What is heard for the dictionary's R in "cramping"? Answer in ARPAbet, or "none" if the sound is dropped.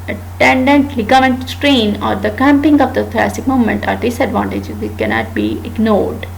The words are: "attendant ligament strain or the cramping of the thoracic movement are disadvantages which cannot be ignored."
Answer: none